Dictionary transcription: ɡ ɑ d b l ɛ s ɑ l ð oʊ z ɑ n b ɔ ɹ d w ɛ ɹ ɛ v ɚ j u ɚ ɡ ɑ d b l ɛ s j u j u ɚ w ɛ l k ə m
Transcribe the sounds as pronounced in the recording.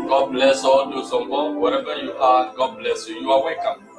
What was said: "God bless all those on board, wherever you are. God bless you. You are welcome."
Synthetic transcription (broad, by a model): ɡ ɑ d b l ɛ s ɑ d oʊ s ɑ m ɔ w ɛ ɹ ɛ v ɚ j u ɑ ɡ ɑ d b l ɛ s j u j u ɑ w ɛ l k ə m